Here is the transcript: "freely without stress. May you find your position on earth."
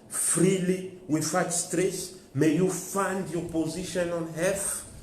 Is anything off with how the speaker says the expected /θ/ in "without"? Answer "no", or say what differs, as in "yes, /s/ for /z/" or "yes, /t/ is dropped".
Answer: yes, /f/ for /θ/